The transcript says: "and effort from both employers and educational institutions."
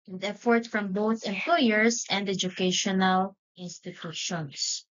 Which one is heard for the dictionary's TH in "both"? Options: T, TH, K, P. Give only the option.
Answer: TH